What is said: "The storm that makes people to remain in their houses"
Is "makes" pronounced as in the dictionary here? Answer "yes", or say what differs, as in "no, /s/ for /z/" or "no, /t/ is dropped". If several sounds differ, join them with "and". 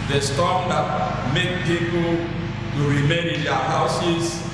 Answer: no, /s/ is dropped